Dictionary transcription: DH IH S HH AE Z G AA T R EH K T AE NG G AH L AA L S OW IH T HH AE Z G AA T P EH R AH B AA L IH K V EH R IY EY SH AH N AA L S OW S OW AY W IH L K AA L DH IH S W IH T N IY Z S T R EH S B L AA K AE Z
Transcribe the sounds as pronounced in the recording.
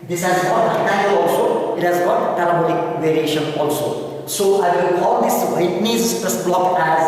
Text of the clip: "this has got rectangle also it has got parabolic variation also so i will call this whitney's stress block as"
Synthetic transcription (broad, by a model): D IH S HH AE Z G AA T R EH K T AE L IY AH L AA L S OW IH T HH AE Z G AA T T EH L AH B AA N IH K V EH R IY EY SH AH N AA L S OW S OW AY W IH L K AA L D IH S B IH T N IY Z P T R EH S B L AA K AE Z